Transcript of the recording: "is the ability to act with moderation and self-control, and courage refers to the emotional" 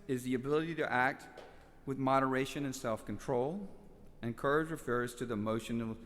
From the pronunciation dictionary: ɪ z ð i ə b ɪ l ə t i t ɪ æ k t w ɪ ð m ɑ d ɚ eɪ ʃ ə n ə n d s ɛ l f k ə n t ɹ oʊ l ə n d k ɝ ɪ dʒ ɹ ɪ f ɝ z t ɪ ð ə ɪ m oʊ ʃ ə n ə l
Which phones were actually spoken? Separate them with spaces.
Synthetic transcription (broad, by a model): ɪ z ð i ə b ɪ l ə t i t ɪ æ k t w ɪ ð m ɑ d ɚ eɪ ʃ ə n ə n s ɛ l f k n t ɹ oʊ l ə n k ɝ ɪ dʒ ɹ ɪ f ɝ z t ɪ ð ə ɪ m oʊ ʃ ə n l